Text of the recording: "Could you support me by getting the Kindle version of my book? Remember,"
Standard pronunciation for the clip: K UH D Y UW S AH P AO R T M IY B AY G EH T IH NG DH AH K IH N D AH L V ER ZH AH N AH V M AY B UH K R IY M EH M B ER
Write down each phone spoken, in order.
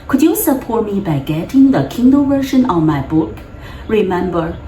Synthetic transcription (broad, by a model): K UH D Y UW S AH P AO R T M IY B AY G EH T IH NG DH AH K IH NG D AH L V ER SH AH N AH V M AY B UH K R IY M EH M B ER